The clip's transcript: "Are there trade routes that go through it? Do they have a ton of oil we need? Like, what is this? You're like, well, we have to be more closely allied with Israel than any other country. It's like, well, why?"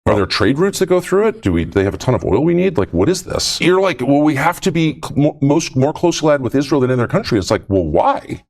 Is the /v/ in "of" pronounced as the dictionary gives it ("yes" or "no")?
yes